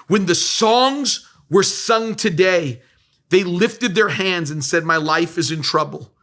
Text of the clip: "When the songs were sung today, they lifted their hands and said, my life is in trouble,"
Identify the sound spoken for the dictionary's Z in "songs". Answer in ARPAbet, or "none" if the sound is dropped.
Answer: Z